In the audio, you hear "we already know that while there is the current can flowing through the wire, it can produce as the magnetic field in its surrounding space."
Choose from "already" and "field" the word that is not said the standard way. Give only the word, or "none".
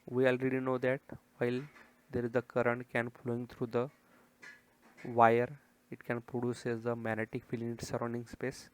field